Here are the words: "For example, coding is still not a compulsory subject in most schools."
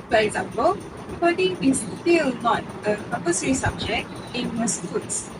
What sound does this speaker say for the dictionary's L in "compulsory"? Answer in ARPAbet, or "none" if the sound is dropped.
none